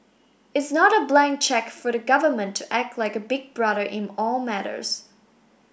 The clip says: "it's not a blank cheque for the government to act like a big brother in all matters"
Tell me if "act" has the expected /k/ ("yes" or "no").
yes